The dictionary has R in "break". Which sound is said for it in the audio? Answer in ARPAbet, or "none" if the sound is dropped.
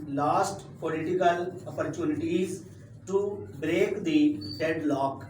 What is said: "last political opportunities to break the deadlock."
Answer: R